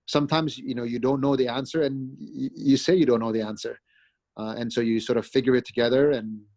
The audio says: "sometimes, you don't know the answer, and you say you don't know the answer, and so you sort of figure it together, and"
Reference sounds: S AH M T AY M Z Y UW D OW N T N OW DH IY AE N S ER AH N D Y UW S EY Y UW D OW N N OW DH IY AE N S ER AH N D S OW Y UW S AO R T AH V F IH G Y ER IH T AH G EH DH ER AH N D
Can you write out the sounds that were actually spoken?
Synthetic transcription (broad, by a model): S AH M T AY M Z Y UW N OW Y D N OW DH IY AE N S ER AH N Y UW S EY Y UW D OW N N OW DH IY AE N S ER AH N S OW Y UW S AO R T AH V F IH G Y ER IH T AH G EH DH ER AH N